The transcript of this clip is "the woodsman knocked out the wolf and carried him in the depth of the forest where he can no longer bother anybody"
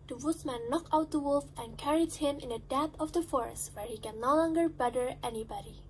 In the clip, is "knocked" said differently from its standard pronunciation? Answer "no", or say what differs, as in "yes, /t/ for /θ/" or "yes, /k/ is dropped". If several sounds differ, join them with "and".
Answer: yes, /t/ is dropped